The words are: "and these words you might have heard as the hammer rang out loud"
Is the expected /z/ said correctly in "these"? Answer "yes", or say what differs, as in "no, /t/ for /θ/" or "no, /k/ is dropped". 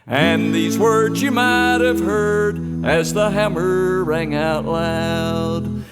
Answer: yes